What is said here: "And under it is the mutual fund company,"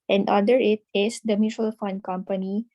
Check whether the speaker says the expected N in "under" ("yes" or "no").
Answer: no